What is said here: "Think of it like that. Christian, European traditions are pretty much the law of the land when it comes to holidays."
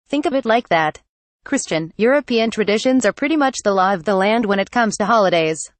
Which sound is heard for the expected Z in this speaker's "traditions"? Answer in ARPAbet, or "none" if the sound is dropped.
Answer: Z